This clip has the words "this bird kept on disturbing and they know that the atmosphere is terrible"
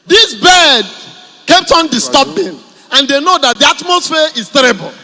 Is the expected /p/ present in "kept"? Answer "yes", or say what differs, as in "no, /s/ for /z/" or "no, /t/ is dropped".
yes